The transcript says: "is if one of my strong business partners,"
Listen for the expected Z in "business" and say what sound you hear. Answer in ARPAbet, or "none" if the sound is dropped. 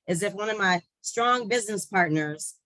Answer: Z